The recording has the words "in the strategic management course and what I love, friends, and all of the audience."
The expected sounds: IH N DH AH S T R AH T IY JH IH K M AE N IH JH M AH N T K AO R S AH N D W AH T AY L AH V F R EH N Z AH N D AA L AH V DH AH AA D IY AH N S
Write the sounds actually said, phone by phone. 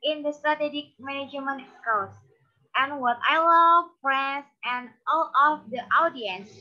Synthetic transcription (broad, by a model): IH N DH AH S T R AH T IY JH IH K M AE N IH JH M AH N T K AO L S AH N W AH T AY L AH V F R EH N S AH N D AA L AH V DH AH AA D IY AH N S